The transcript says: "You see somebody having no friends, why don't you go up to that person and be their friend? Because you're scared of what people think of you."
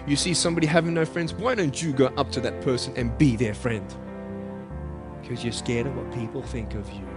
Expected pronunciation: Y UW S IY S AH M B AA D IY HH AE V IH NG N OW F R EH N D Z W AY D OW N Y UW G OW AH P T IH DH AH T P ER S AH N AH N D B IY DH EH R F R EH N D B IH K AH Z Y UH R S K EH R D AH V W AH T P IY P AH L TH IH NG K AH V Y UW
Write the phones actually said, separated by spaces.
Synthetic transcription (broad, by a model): Y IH S IY S AH M B AA D IY HH AE V IH NG N OW F R EH N D Z W AY D OW N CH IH G OW AH P T IH DH AH T P ER S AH N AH N B IY DH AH R F R EH N D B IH K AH Z Y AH R S K EH R D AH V W AH T P IY P L TH IH NG K AH V Y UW